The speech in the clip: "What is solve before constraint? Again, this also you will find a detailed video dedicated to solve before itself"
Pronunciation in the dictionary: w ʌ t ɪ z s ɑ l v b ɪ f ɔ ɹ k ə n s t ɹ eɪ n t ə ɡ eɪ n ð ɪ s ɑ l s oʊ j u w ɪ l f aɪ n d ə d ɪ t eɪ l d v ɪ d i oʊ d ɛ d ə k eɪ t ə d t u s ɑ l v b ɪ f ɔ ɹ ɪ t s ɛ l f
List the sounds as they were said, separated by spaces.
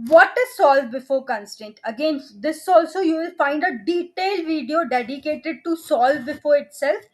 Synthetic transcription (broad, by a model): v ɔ t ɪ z s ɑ l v b ɪ f ɔ ɹ k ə n s t eɪ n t ə ɡ eɪ n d ɪ s ɑ l s oʊ j u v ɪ l f aɪ n d ə d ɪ t eɪ l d v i d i oʊ d ɛ d ə k eɪ t ə d t u s ɑ l v b ɪ f ɔ ɹ ɪ t s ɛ l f